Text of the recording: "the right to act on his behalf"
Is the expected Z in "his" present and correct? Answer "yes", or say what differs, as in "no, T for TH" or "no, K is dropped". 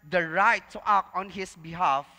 no, S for Z